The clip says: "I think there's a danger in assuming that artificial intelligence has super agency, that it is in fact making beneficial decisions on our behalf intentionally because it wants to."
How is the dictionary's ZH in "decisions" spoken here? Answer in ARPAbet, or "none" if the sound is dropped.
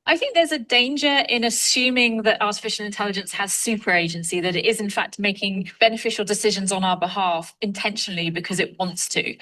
ZH